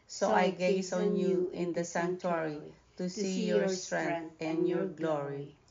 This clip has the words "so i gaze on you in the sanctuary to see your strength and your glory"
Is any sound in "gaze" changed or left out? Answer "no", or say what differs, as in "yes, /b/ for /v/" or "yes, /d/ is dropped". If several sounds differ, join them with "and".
yes, /s/ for /z/